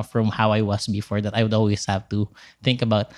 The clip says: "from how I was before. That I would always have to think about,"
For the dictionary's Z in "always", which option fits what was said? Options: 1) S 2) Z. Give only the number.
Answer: 1